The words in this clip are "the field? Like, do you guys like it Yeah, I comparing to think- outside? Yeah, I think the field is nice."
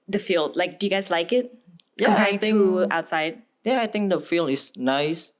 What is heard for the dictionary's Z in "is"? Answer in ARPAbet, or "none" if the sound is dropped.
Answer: S